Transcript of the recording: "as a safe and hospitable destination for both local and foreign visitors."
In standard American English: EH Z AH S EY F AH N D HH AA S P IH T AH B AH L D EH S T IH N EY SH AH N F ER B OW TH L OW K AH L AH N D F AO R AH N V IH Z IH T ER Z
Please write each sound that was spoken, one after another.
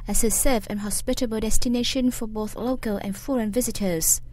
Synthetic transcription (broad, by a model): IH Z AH S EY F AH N HH AA S P IH T AH B AH L D EH S T IH N EY SH AH N F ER B OW TH L OW K AH L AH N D F AO R AH N V IH Z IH T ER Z